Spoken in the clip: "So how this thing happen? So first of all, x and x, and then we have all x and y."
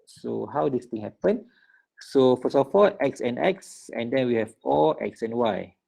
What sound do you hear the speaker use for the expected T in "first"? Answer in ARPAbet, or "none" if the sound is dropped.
none